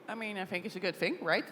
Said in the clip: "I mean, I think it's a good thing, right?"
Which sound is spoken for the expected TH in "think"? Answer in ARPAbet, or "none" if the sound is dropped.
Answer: TH